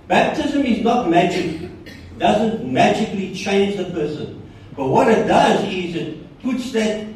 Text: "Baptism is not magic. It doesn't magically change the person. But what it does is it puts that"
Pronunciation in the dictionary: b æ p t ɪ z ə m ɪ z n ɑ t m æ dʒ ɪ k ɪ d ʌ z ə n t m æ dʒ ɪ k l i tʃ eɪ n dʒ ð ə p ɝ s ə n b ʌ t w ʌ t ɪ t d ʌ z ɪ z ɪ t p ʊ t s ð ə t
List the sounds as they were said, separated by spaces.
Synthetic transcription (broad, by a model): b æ p t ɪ z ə m ɪ z n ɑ t m æ dʒ ɪ k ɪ d ʌ z ə n t m æ dʒ ɪ k l i tʃ eɪ n dʒ ð ə p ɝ s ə n b ʌ t w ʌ t ɪ t d ʌ z ɪ z ɪ t p ʊ t s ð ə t